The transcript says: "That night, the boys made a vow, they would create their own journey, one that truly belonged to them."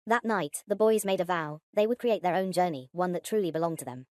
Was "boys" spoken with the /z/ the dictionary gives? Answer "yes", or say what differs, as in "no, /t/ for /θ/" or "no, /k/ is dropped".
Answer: yes